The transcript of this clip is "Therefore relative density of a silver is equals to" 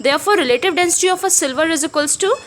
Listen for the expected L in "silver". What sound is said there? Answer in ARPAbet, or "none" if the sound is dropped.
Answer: L